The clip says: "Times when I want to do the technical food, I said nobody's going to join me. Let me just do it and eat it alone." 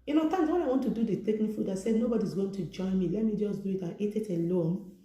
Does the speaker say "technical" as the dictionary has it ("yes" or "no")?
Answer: no